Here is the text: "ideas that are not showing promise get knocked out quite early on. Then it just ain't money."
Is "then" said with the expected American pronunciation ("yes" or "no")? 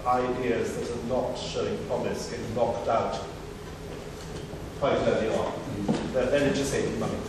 no